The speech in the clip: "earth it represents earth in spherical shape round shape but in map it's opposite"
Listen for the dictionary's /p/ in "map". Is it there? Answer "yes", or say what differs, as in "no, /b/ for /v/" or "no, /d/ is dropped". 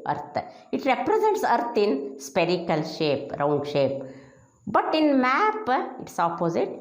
yes